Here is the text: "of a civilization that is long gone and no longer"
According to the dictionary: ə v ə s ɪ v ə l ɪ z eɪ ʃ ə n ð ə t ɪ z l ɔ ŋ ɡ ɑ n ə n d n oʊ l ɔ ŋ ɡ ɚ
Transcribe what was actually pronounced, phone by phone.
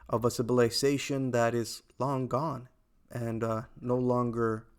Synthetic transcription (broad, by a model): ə v ə s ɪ b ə l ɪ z eɪ ʃ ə n ð ə t ɪ z l ɔ ŋ ɡ ɑ n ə n n oʊ l ɔ ŋ ɡ ɚ